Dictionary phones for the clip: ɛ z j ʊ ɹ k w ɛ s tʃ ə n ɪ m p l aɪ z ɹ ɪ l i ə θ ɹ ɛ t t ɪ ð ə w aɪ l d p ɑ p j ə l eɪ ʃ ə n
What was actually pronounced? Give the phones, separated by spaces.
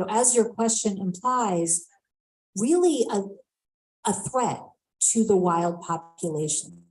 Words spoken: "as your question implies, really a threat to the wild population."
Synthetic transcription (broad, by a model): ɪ z j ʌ ɹ k w ɛ s tʃ ə n ɪ m p l aɪ z ɹ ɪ l i ə θ ɹ ɛ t t ɪ ð ə w aɪ l d p ɑ p j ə l eɪ ʃ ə n